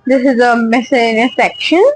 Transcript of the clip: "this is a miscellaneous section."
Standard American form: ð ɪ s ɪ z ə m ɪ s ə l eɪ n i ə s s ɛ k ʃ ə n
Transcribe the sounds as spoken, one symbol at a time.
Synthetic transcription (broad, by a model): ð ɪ s ɪ z ə m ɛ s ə ɪ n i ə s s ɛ k ʃ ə n